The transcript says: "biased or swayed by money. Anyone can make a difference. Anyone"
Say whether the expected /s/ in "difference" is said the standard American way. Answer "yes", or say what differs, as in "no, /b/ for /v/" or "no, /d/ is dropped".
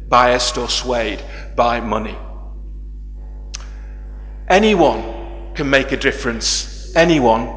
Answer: yes